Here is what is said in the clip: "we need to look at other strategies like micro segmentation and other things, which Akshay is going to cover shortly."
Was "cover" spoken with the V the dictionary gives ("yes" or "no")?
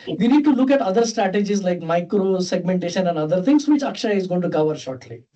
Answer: yes